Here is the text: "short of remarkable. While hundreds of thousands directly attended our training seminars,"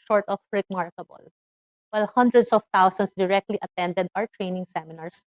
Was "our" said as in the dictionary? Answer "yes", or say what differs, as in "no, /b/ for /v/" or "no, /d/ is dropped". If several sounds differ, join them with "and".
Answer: yes